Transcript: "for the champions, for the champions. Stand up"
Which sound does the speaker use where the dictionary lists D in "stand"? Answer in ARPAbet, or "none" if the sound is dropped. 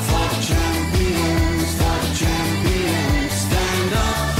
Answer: D